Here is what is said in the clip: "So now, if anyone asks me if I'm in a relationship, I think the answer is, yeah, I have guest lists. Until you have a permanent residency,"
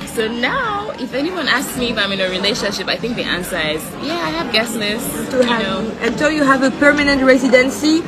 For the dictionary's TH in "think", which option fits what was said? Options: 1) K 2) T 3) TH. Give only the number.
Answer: 3